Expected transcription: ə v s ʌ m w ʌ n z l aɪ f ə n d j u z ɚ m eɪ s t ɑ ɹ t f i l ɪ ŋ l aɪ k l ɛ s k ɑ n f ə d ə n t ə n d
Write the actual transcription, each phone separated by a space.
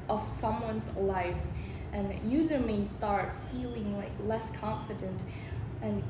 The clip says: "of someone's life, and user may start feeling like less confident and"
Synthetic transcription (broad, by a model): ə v s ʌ m w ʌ n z l aɪ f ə n j u z ɚ m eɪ s t ɑ ɹ t f i l ɪ ŋ l aɪ k l ɛ s k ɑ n f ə d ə n t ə n